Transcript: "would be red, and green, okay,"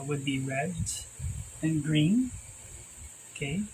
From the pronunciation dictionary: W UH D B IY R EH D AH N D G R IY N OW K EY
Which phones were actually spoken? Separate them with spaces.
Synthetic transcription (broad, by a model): W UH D B IY R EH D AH N G R IY N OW K EY